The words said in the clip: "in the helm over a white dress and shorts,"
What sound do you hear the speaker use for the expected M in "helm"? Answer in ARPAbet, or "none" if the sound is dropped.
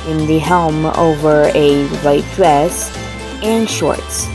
M